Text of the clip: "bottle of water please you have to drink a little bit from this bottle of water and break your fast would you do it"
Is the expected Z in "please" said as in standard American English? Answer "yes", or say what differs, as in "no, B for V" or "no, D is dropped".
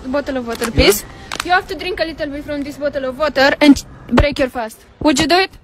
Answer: no, S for Z